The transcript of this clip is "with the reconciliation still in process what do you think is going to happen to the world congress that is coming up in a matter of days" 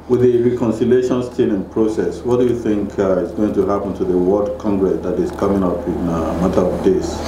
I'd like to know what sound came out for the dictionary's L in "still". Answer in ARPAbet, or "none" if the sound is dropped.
N